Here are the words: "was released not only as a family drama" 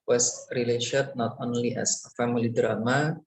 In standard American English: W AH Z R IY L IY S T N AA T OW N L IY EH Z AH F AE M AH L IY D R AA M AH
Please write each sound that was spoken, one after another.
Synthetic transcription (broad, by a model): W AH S R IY L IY SH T N AA T OW N L IY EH S AH F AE M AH L IY D R AA M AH